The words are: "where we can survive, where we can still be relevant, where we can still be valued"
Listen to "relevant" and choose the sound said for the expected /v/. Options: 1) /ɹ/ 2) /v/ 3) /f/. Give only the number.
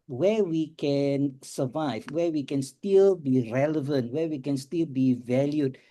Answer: 2